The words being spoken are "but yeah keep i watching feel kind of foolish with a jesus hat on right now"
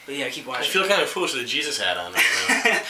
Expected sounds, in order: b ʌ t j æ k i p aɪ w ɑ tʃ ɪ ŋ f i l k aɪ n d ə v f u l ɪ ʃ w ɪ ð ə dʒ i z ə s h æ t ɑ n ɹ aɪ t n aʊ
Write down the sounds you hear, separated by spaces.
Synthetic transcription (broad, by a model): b ʌ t j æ k i p w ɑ ɪ f i l k aɪ n d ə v f u l ɪ ʃ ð ə dʒ i z ə s h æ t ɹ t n